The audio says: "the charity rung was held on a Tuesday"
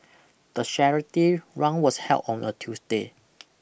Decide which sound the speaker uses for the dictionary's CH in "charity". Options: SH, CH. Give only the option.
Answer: SH